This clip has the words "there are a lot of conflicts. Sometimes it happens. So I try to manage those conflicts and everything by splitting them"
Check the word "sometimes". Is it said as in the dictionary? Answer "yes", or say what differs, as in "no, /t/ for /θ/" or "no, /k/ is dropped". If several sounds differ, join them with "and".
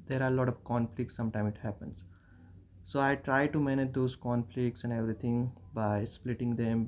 no, /z/ is dropped